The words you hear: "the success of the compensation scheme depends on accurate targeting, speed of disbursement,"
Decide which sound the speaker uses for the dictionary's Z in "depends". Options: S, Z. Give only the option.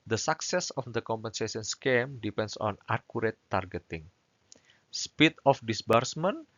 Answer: S